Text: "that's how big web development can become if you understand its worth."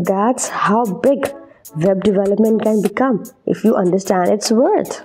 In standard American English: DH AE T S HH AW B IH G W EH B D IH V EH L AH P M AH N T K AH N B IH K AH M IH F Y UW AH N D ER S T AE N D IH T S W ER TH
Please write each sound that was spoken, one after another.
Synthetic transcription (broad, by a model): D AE T S HH AW B IH G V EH B D IH V EH L AH P M AH N T K AH N B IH K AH M IH F Y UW AH N D ER S T AE N D IH T S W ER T